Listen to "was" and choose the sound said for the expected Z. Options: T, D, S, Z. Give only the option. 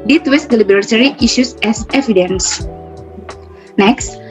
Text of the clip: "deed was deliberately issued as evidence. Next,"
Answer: S